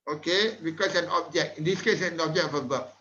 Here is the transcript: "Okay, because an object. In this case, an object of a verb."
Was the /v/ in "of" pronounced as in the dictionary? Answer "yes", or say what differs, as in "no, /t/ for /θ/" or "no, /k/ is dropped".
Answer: no, /b/ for /v/